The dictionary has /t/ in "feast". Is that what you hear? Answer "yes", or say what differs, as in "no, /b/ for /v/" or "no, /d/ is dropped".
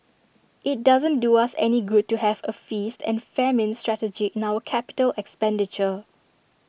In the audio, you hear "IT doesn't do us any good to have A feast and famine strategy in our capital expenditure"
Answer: yes